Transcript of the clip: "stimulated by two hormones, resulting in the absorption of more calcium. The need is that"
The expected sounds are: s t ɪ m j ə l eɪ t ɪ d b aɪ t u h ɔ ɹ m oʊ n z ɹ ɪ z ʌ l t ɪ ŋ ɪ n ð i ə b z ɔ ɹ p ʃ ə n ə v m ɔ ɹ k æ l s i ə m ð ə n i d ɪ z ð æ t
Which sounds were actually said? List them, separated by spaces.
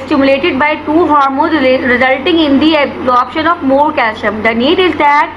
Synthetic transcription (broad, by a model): s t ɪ m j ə l eɪ t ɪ d b aɪ t u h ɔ ɹ m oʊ z ɹ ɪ z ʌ l t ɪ ŋ ɪ n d i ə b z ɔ p ʃ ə n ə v m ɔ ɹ k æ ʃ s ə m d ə n i d ɪ z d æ t